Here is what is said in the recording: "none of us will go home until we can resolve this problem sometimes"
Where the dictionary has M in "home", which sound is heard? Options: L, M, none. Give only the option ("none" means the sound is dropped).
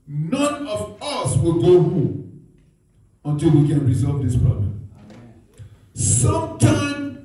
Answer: none